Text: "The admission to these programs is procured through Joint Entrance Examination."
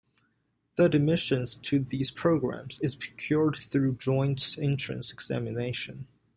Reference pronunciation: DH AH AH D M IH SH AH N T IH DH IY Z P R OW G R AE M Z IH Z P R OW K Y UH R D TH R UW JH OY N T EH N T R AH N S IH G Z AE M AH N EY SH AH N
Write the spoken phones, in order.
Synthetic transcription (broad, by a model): DH AH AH D M IH SH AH N T IH DH IY Z P R OW G R AE M Z IH Z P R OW K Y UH R D TH R UW JH OY N T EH N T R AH N S IH G Z AE M AH N EY SH AH N